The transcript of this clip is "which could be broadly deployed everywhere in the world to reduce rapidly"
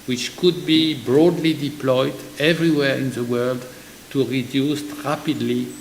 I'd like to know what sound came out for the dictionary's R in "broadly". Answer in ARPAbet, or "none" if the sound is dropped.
R